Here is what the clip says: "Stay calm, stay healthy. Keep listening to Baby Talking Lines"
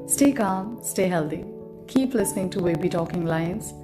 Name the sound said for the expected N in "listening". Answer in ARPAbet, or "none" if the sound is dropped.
N